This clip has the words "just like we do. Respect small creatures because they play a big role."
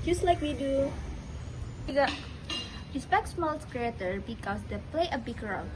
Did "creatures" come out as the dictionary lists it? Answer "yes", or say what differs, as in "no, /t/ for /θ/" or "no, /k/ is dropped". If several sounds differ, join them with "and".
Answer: no, /z/ is dropped